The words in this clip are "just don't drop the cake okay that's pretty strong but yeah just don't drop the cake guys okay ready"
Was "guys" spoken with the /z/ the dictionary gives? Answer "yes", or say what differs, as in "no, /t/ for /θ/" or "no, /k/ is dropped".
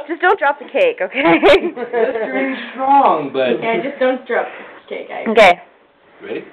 no, /z/ is dropped